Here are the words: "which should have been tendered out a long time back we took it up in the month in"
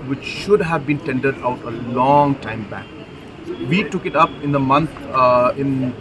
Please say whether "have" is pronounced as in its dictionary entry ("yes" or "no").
yes